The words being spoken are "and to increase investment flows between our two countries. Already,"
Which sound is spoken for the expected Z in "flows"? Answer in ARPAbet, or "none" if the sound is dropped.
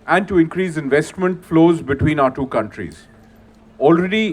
Z